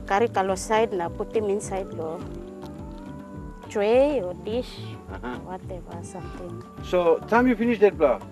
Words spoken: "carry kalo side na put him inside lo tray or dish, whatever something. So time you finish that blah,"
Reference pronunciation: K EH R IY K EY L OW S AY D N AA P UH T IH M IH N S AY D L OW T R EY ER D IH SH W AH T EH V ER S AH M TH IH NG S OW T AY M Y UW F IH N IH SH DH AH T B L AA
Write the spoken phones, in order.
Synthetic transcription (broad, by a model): K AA R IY K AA L OW S AY D N AA P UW T IH M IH N S AY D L OW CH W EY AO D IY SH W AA T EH B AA S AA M T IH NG S OW T AY M Y UW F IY N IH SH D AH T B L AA